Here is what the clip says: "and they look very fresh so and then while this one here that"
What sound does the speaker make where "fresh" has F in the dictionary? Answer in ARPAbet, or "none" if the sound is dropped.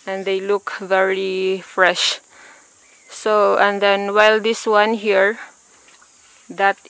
F